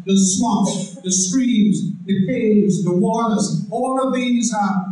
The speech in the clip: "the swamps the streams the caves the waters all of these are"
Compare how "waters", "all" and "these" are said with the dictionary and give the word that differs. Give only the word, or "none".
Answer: none